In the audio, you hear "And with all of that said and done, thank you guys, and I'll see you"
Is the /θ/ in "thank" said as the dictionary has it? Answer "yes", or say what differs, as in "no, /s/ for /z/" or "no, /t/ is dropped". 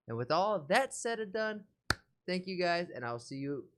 yes